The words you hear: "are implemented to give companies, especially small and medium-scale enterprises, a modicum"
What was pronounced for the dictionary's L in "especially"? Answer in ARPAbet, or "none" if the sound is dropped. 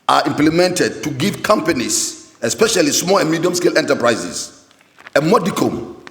L